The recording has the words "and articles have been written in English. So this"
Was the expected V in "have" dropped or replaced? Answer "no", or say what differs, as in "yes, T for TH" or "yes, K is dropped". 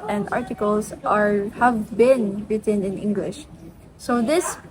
no